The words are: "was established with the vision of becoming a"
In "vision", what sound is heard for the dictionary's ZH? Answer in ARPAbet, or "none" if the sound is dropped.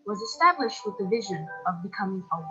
ZH